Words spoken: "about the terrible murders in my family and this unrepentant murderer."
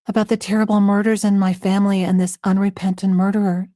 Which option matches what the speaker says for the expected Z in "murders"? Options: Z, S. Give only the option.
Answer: Z